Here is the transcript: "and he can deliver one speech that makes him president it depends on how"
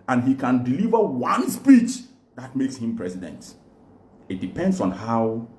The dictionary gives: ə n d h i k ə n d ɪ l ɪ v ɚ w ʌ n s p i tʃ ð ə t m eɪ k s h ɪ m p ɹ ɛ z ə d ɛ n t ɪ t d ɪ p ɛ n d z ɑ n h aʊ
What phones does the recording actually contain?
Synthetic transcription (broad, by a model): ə n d h i k ə n d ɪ l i v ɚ w ʌ n s p i tʃ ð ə t m eɪ k s h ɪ m p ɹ ɛ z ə d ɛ n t ɪ t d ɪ p ɛ n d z ɑ n h aʊ